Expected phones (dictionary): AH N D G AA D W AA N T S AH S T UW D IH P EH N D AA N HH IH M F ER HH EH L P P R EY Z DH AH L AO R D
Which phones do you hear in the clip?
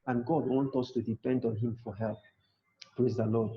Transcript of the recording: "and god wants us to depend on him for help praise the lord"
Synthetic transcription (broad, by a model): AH N G AA D W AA N T AH S T UW D IH P EH N D AA N HH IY M F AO HH EH L P P R EY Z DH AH L AO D